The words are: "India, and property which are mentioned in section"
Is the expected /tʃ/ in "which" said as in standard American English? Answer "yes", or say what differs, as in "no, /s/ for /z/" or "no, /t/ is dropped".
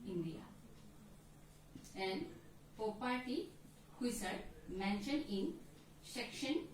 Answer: no, /s/ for /tʃ/